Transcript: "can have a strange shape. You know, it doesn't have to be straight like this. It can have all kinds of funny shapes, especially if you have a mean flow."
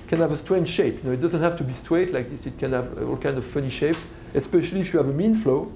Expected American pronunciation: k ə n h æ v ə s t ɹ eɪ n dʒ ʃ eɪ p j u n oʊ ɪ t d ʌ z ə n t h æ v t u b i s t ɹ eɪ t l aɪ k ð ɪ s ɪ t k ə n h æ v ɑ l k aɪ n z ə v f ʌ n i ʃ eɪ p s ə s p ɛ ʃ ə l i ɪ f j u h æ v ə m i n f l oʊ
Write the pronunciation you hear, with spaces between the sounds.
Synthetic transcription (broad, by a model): k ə n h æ v ə s t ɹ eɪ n ʃ eɪ p j u n oʊ ɪ t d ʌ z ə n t h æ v t u b i s t w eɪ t l aɪ k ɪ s ɪ t k ə n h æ v ɑ l k aɪ n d ə v f ʌ n i ʃ eɪ p s ə s p ɛ ʃ ə l i f j u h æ v ə m i n f l oʊ